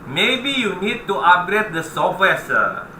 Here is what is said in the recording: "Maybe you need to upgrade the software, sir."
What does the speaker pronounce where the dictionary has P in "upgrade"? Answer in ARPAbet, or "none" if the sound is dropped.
none